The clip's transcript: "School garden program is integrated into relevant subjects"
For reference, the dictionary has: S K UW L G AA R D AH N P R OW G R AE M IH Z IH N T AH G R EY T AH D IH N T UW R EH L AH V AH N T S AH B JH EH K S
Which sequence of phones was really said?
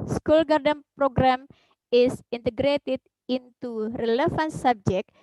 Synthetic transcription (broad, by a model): S K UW L G AA R D AH N P R OW G R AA M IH S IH N T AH G R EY T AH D IH N T UW R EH L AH F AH N S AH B JH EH K